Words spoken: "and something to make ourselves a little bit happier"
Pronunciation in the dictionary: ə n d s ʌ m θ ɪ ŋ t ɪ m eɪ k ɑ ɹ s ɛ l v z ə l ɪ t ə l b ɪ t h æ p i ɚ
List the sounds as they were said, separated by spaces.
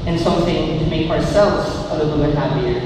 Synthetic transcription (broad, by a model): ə n s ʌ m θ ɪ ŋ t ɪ m eɪ k ɑ ɹ s ɛ l v z ə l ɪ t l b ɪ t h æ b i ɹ